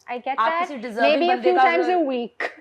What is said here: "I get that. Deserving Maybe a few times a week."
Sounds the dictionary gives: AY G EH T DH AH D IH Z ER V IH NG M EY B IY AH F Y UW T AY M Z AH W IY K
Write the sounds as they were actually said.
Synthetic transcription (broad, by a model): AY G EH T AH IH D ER IH M EY B IY AH F Y UW T AY M Z AH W IY K